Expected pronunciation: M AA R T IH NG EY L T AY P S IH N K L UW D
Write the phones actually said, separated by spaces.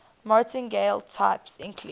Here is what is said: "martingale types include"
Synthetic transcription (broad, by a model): M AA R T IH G EY L T AY P S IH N K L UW